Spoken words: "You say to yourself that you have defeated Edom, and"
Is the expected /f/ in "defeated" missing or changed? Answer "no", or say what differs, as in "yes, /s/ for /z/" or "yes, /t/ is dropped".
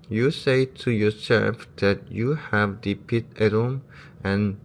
yes, /p/ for /f/